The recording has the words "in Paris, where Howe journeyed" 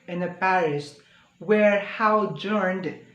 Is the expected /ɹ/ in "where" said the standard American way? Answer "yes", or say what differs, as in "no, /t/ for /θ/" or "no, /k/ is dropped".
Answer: yes